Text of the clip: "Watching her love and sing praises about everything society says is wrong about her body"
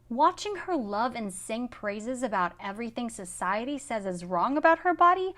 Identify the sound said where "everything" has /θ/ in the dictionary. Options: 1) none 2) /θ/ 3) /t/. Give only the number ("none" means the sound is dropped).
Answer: 2